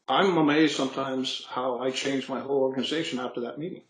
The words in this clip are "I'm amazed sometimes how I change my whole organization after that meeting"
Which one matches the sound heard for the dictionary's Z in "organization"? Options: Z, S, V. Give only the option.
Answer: Z